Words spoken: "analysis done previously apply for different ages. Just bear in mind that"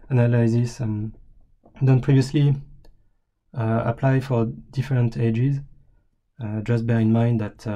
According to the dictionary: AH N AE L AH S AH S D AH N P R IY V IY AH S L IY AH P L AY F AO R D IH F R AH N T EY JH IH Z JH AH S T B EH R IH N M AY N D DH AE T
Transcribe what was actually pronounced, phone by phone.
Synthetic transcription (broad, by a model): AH N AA L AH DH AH S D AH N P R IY V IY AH S L IY AH P L AY F AO R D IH F R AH N T EY JH IH Z JH AH S T B EH R IH N M AY N D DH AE T